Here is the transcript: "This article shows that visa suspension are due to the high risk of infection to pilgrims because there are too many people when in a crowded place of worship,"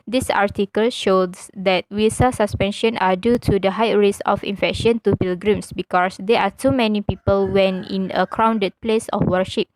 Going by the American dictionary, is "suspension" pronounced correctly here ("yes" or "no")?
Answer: yes